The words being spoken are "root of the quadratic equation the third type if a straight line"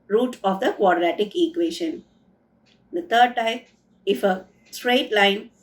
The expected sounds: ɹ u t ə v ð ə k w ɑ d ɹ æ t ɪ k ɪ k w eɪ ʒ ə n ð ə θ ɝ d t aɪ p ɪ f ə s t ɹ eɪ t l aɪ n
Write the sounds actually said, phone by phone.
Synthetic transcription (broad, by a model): ɹ u t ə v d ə k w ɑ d ɹ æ t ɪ k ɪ k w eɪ ʃ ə n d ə t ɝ d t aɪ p ɪ f ə s t ɹ eɪ t l aɪ n